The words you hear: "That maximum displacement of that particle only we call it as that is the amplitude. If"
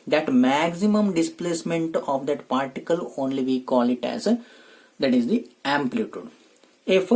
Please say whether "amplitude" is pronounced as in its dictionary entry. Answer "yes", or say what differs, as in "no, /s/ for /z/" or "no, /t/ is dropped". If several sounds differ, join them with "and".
yes